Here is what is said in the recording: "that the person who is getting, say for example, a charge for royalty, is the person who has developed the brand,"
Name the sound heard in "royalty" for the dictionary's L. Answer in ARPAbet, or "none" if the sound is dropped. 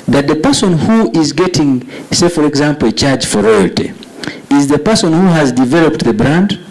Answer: L